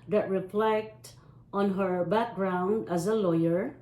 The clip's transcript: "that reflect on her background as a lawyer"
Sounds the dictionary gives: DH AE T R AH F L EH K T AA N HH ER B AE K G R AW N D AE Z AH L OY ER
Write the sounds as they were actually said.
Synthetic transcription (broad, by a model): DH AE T R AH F L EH K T AA N HH ER B AE K G R AW N D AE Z AH L OY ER